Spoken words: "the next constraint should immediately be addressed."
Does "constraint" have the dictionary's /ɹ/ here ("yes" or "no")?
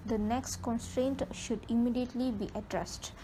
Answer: yes